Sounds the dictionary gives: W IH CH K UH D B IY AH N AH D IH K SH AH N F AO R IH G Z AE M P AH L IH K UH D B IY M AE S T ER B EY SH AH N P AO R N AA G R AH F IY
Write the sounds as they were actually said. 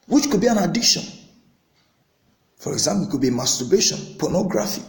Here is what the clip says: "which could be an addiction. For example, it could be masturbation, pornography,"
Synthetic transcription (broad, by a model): W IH CH K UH D B IY AH N AH D IH K SH AH N F AO R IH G Z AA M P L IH K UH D B IY M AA S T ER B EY SH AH N P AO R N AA G R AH F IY